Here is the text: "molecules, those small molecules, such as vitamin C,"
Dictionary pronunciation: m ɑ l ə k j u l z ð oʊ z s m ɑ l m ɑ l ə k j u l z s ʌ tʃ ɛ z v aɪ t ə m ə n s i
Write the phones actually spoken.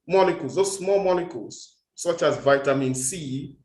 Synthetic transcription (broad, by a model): m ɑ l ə k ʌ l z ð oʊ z s m ɑ l m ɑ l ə k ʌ l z s ʌ tʃ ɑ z v aɪ t ə m ə n s i